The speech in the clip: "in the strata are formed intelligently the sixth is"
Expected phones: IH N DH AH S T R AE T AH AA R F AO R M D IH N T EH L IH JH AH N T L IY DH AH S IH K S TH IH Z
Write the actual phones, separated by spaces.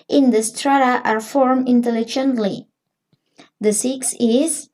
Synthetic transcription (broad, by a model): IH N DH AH S T R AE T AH AA R F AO R M IH N T EH L IH JH AH N T L IY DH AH S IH K S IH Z